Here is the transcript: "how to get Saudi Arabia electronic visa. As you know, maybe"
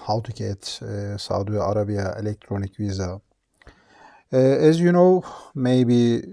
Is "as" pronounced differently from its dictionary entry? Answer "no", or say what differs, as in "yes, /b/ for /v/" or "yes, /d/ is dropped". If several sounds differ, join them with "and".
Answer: no